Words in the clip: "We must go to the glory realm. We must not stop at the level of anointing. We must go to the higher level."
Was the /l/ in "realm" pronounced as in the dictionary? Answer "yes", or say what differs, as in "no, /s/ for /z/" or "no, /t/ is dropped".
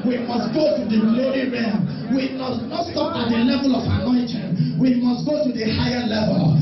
no, /l/ is dropped